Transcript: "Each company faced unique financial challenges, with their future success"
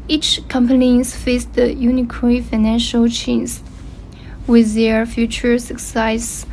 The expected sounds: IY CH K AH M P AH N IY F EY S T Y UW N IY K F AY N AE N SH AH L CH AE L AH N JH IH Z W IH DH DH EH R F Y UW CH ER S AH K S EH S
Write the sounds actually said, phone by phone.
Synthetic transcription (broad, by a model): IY CH K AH M P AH N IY F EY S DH Y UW N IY K F AY N AE N SH AH L CH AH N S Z W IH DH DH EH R F Y UW CH ER S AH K S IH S